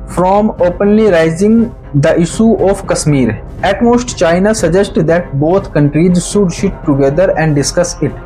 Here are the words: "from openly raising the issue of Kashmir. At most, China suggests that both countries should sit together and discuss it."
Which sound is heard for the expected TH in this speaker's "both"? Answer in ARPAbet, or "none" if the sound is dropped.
T